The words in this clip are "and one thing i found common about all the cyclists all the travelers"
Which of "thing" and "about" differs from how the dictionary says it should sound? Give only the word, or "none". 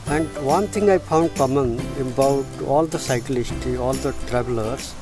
thing